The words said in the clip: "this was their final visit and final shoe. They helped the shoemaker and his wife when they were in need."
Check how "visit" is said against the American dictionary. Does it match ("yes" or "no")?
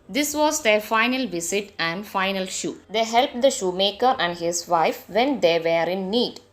no